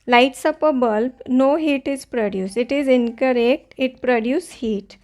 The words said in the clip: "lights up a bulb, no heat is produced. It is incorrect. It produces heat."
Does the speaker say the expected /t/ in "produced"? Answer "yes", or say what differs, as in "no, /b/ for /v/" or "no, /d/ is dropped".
no, /t/ is dropped